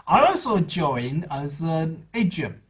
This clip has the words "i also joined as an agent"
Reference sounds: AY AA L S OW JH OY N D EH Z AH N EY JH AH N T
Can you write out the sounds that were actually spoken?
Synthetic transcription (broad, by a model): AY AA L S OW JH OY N AH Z AH N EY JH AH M